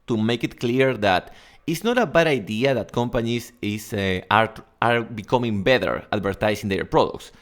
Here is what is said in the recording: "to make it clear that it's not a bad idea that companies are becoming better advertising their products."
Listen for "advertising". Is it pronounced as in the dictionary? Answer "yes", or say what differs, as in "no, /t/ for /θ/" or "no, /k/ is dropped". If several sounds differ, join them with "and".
no, /s/ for /z/